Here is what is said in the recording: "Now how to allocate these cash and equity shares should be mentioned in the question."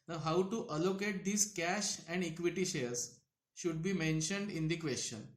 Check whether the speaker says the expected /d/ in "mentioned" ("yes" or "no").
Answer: yes